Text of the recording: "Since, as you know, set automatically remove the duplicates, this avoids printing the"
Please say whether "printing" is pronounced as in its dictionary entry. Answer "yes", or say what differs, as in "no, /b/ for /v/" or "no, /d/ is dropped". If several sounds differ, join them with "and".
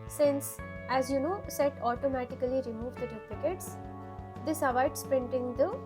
yes